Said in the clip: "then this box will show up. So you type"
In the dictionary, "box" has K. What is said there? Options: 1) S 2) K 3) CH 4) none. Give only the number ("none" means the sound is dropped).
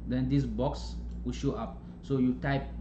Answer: 2